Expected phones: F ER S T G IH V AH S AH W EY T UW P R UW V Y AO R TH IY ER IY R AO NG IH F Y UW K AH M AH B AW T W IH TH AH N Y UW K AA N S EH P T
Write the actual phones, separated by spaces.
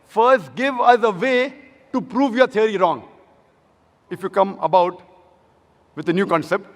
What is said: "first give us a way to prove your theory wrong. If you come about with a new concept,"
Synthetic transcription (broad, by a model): F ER S T G IH V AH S AH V EY T UW P R UW V Y AO R T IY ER IY R AO NG IH F Y UW K AH M AH B AW T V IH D AH N Y UW K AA N S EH P T